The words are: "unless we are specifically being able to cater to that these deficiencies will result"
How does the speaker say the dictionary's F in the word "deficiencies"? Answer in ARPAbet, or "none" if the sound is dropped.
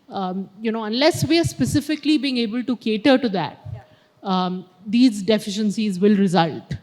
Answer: F